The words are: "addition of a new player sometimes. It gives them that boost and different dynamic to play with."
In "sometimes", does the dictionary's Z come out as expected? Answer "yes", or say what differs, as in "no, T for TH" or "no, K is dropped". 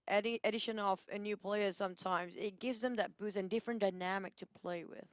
yes